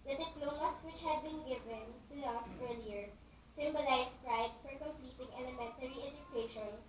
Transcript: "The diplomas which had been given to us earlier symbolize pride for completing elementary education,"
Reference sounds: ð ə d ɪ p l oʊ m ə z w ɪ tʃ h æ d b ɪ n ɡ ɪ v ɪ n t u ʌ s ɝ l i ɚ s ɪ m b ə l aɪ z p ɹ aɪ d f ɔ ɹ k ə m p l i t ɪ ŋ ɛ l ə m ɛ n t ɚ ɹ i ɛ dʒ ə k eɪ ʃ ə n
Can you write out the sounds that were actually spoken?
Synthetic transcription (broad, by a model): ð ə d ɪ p l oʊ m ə s w ɪ tʃ h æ d b ɪ n ɡ ɪ v ɪ n t u ʌ s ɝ l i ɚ s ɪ m b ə l aɪ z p ɹ aɪ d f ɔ ɹ k ə m p l i t ɪ ŋ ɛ l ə m ɛ n t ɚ ɹ i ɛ dʒ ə k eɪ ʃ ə n